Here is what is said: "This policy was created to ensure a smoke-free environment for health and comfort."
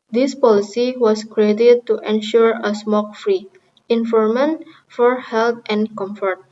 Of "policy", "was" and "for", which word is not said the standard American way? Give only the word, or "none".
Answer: was